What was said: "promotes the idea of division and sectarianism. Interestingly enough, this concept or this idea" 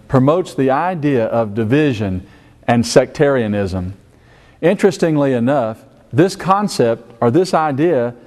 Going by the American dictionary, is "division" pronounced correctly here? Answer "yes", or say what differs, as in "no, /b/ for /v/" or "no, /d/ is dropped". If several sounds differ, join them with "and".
yes